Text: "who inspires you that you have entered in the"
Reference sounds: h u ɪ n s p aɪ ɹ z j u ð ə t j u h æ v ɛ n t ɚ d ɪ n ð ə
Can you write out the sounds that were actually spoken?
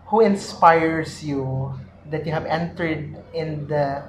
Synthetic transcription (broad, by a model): h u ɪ n s p aɪ ɹ s j u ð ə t j u h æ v ɛ n t ɚ d ɪ n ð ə